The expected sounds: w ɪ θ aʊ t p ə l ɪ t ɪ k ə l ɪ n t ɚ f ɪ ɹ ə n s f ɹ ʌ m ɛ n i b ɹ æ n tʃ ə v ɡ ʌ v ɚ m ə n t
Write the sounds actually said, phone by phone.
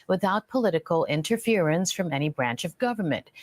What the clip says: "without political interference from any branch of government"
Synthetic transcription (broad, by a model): w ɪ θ aʊ t p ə l ɪ t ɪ k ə l ɪ n t ɚ f ɪ ɹ ə n s f ɹ ʌ m ɛ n i b ɹ æ n tʃ ə v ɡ ʌ v ɚ m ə n t